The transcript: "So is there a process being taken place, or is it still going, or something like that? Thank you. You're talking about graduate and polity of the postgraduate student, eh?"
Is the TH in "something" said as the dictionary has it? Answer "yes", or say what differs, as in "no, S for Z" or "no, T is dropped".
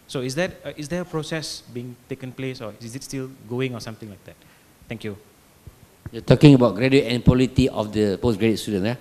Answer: no, T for TH